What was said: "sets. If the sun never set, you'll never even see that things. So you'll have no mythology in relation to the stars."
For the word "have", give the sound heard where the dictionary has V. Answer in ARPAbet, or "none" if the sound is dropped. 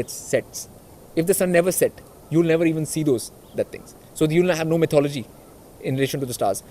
V